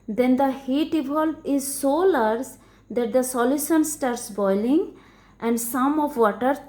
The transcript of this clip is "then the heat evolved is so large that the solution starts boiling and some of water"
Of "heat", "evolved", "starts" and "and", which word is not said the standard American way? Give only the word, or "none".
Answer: evolved